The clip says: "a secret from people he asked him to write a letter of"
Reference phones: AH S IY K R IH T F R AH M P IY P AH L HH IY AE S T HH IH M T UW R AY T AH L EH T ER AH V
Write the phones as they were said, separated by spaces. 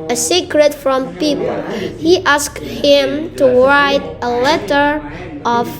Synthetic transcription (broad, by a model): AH S IY K R IH T F R AH M P IY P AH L HH IY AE S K HH IH M T UW R AY T AH L EH T ER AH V